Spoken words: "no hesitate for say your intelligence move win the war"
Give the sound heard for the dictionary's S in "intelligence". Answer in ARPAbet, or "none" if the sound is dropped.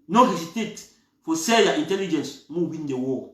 S